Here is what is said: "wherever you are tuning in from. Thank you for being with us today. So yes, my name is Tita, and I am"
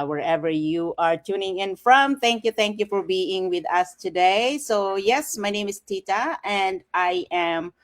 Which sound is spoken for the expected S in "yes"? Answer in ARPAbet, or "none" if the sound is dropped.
S